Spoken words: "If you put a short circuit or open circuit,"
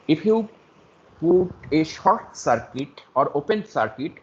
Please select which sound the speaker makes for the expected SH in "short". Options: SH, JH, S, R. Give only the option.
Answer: SH